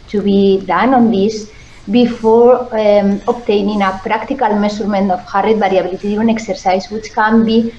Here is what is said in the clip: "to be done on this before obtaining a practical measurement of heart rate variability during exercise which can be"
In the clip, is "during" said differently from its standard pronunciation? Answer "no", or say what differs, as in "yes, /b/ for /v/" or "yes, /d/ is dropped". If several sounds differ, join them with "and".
yes, /ɹ/ is dropped